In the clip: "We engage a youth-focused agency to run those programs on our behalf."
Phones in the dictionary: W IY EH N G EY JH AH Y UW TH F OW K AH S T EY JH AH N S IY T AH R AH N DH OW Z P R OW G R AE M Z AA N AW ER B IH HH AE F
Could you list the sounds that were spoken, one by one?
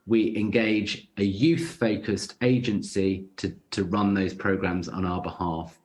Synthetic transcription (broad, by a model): W IY EH N G EY JH AH Y UW TH F OW K AH S T EY JH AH N S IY T AH R AH N DH OW Z P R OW G R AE M Z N AW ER B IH HH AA F